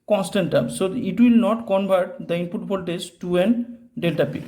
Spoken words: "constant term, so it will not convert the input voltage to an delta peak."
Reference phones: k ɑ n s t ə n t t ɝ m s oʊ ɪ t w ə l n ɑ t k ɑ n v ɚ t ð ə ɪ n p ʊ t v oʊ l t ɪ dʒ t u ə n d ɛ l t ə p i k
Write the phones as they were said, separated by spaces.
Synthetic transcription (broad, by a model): k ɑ n s t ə n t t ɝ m s oʊ ɪ t w ə l n ɑ t k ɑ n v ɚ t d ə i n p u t b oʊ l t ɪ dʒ t u ə n d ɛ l t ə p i